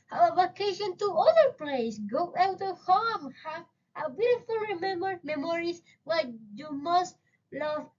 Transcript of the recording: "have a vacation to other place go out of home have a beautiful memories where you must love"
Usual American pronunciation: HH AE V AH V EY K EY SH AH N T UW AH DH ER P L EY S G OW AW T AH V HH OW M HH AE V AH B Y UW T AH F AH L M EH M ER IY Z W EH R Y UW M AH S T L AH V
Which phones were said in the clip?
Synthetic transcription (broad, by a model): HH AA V AH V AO K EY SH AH N T UW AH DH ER P L EY S G OW AW T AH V HH OW M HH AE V AH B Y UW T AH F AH L M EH M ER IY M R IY W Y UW M AH S T L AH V